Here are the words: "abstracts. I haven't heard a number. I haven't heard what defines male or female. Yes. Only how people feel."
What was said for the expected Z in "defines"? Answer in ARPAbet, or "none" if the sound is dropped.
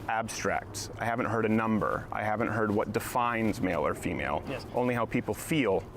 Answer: Z